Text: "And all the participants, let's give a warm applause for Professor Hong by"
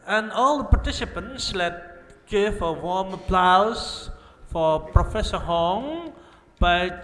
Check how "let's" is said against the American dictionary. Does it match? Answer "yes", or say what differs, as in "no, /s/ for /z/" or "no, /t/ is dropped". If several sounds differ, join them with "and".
no, /s/ is dropped